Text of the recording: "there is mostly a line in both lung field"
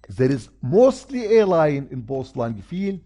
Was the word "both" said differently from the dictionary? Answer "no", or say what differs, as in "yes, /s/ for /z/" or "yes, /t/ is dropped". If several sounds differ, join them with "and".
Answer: yes, /s/ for /θ/